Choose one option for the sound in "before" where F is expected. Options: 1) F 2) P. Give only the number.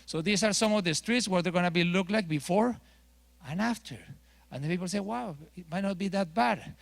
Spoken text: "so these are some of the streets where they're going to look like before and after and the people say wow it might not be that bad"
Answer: 1